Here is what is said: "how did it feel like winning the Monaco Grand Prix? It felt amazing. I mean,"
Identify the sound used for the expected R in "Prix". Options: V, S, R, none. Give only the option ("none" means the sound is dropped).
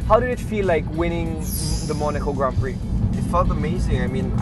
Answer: R